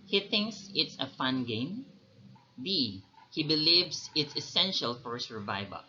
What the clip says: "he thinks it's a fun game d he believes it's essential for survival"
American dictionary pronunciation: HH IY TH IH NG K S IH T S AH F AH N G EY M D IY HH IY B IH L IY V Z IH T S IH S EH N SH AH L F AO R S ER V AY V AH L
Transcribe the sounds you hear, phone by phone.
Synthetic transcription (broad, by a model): HH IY TH IH NG K S IH T S AH F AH N G EY M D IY HH IY B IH L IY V S IH T S IH S EH N SH AH L F AO R S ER V AY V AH L